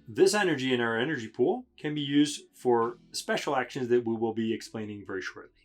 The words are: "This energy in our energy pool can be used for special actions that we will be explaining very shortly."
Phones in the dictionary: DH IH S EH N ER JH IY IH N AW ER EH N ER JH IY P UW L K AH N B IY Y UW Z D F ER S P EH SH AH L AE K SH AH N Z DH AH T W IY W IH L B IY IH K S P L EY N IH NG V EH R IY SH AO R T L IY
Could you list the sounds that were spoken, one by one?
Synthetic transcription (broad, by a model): DH IH S EH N ER JH IY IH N AW ER EH N ER JH IY P UW L K AH N B IY Y UW Z D F ER S P EH SH L AE K SH AH N Z DH AH T W IY W IH L B IY IH K S P L EY N IH NG V EH R IY SH AO R T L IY